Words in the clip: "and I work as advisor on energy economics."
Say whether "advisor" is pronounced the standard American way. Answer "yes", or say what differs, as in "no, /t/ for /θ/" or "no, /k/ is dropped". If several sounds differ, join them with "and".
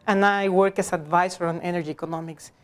no, /s/ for /z/